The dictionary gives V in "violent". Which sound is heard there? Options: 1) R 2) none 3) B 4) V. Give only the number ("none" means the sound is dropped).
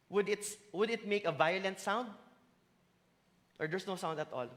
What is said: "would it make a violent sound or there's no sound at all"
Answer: 4